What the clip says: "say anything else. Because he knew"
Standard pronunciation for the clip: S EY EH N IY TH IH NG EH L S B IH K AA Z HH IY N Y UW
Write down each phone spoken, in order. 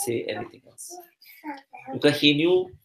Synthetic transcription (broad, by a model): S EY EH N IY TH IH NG EH L S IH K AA HH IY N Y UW